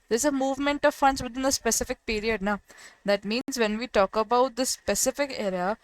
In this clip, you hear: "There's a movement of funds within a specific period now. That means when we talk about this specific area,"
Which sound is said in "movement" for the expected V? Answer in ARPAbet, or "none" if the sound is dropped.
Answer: V